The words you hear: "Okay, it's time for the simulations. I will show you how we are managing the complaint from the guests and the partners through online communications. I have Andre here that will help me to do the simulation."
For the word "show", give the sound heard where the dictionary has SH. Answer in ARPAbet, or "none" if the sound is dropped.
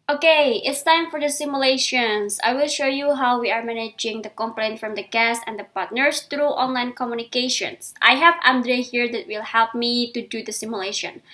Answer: SH